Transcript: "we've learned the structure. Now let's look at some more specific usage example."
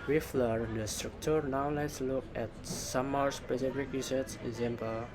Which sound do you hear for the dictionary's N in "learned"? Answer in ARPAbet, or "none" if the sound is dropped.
none